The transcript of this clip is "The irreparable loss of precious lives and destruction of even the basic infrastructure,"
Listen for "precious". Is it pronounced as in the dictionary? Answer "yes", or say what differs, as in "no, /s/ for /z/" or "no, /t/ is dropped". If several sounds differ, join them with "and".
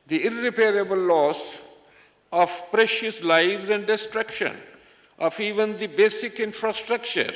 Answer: yes